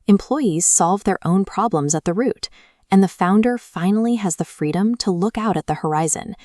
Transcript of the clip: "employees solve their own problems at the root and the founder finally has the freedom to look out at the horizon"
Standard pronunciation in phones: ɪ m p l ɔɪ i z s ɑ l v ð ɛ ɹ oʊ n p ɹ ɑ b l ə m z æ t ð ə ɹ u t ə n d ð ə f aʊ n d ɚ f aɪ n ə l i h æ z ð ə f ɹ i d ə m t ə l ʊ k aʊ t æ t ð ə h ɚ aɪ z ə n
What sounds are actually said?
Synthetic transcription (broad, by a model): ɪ m p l ɔɪ i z s ɑ l v ð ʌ ɹ oʊ n p ɹ ɑ b l ə m z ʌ t ð ə ɹ u t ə n ð ə f aʊ n d ɚ f aɪ n l i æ z ð ə f ɹ i d ə m t ə l ʊ k aʊ t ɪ t ð ə h ɚ aɪ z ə n